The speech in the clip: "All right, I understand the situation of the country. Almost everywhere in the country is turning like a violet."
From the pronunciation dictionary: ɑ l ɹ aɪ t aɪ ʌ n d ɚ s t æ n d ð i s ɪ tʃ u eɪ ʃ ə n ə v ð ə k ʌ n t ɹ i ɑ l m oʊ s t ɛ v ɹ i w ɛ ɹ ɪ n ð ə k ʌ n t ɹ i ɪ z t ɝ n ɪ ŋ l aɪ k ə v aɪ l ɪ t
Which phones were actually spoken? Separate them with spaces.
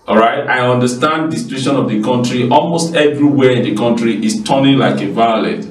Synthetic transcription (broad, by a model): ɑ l ɹ aɪ t aɪ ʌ n d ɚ s t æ n d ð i s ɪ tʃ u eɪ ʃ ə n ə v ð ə k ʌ n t ɹ i ɑ l m oʊ s t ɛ v ɹ i w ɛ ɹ ɪ n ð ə k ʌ n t ɹ i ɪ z t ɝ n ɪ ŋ l aɪ k ə v aɪ l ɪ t